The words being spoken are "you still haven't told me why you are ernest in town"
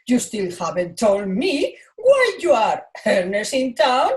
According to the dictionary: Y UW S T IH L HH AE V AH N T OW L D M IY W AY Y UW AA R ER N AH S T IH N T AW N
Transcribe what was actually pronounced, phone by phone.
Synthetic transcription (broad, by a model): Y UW S T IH L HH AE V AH N T OW L D M IY W AY Y UW AA R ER N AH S IH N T AW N